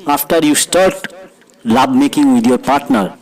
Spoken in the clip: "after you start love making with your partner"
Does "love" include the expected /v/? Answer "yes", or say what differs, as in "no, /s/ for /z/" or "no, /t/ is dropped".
no, /b/ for /v/